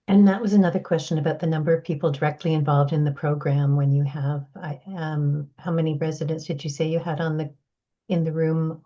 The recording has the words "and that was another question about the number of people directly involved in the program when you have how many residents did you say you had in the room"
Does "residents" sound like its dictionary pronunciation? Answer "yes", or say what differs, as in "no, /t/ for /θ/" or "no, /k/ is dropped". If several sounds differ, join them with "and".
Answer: yes